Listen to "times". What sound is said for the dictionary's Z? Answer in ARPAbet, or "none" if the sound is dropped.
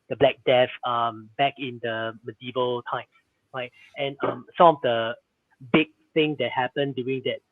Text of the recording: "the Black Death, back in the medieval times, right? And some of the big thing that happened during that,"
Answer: S